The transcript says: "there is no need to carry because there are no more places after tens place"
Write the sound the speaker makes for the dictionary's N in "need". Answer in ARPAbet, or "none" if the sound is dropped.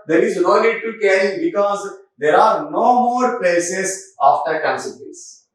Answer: L